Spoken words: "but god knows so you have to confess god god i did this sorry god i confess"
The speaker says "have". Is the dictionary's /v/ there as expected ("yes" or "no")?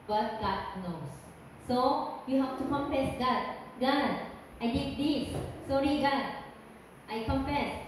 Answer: no